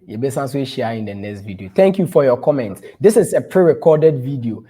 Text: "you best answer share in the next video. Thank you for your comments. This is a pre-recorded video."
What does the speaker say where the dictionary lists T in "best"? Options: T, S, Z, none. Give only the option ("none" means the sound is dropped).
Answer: none